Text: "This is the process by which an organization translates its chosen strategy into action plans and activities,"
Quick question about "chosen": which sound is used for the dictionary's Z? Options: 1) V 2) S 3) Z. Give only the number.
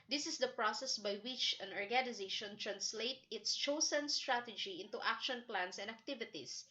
2